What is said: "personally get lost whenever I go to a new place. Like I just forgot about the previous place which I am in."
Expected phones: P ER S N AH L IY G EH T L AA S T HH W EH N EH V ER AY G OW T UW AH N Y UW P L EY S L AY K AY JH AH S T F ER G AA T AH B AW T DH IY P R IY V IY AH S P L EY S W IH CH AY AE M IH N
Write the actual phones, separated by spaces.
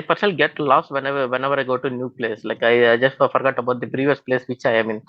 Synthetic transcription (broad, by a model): P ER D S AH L G EH T L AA S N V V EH N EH V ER AY G OW T UW N Y UW P L EY S L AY K AY JH AH S T F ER G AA T AH B AW T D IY P R IY V IY AH S P L EY S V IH CH AY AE M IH N